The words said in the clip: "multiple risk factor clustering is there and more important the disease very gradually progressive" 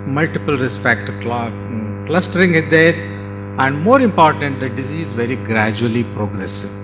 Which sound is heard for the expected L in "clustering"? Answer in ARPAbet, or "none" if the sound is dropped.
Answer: L